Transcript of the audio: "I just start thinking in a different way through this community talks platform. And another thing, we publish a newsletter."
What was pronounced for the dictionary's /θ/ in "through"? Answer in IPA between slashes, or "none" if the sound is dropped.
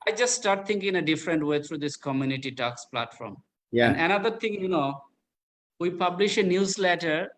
/t/